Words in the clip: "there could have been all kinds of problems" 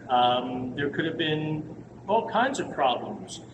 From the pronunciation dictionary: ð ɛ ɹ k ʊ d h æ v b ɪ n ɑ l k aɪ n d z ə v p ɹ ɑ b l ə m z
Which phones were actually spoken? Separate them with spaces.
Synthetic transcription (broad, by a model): ð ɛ ɹ k ʊ d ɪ v b ɪ n ɑ l k aɪ n d z ə v p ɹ ɑ b l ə m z